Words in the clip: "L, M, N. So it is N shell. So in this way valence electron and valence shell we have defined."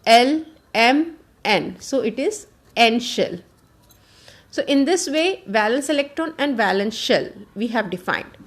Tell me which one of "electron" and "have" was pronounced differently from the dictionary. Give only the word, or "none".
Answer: none